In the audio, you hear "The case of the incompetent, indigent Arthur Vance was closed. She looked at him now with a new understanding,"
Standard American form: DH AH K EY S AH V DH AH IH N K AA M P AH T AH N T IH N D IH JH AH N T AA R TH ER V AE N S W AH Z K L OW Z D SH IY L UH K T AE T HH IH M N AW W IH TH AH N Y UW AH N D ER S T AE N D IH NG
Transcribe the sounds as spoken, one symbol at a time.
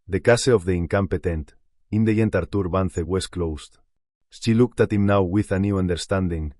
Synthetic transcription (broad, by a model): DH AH K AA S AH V DH AH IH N K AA M P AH T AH N T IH N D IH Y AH N T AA R T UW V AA N TH W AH S K L OW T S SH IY L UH K T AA T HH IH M N AW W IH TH AH N Y UW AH N D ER S T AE N D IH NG